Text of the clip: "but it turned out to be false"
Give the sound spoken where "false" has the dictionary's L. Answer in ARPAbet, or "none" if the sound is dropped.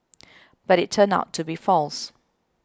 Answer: L